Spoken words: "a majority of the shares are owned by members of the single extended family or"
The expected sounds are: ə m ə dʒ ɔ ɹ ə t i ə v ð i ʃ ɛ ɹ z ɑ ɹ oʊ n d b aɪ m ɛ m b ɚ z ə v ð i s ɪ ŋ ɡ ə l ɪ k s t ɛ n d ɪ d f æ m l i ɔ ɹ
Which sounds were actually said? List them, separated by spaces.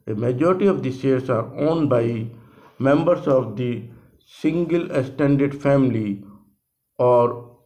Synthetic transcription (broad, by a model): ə m ə dʒ ɔ ɹ ə t i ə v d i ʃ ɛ ɹ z ɑ ɹ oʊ n b aɪ m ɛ m b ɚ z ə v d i s ɪ ŋ ɡ ə l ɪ s t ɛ n d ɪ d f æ m l i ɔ ɹ